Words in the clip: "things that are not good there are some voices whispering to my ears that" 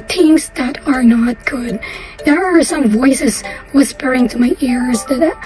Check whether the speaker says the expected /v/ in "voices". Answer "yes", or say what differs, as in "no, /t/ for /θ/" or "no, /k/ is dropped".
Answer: yes